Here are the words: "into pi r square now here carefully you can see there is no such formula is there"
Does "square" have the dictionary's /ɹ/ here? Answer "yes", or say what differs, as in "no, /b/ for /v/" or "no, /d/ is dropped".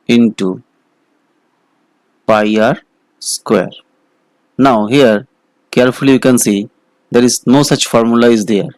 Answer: yes